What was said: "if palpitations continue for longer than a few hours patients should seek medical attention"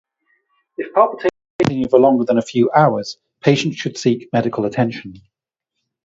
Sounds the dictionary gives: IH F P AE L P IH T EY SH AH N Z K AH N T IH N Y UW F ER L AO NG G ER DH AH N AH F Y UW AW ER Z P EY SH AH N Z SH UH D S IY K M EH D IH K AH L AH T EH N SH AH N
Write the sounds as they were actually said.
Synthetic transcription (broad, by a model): IH F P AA P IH T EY AH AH T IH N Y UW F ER L AO NG G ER DH AH N AH F Y UW AW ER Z P EY SH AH N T SH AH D S IY K M EH D IH K AH L AH T EH N SH AH N